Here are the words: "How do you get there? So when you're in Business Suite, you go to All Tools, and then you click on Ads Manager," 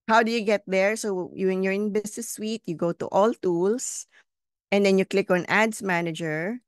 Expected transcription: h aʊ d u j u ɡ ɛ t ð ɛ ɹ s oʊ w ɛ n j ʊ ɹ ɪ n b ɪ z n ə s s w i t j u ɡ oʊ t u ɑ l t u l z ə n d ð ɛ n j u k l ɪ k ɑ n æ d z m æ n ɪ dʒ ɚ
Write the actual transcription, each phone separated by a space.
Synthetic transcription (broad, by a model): h aʊ d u j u ɡ ɛ t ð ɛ ɹ s oʊ w ɛ n j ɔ ɹ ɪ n b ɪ s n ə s s w i t j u ɡ oʊ t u ɑ l t u l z ə n d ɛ n j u k l ɪ k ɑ n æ d s m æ n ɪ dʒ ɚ